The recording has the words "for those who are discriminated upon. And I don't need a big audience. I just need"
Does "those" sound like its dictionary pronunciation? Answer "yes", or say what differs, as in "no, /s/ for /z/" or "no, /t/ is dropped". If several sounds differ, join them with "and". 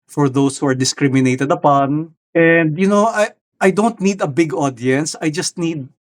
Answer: no, /s/ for /z/